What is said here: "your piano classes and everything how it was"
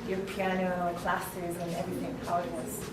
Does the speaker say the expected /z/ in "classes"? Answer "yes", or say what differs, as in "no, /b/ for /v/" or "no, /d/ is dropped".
yes